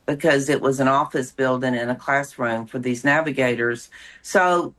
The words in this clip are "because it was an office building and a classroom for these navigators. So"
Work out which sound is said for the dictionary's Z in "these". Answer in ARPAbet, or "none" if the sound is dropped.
Z